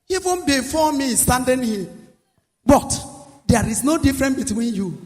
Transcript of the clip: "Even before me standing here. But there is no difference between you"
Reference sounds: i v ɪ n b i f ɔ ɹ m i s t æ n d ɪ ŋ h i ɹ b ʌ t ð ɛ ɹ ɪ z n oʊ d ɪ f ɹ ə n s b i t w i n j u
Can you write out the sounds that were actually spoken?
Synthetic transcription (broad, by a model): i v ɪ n b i f ɔ m i s t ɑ n d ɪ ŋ h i b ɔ t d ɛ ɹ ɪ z n oʊ d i f ɹ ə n b i t w i n j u